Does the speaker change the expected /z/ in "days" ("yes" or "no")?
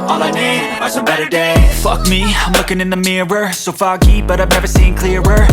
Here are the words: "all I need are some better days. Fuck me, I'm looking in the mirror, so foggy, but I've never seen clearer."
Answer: yes